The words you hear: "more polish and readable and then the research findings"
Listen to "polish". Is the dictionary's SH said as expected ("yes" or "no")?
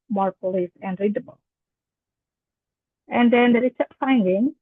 no